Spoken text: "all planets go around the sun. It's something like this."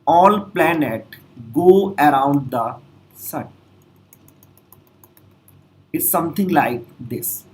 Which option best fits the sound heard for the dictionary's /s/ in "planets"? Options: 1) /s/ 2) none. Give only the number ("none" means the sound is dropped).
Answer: 2